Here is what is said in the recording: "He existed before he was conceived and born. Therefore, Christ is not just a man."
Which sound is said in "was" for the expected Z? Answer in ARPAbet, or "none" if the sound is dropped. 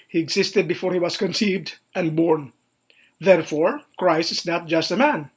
S